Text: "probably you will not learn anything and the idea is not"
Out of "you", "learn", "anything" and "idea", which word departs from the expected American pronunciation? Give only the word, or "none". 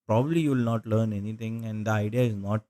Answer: anything